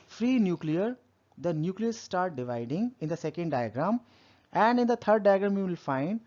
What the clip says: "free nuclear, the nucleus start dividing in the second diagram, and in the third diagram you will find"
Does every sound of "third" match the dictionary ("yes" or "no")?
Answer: no